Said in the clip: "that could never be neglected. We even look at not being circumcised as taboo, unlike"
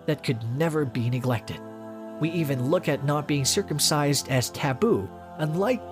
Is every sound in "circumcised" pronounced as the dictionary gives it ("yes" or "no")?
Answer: yes